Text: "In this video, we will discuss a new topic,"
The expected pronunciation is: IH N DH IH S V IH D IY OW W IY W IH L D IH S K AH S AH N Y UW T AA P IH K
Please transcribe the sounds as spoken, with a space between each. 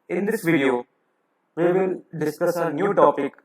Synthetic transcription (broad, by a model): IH N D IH S V IH D IY OW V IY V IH L D IH S K AH S AH N Y UW T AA P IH K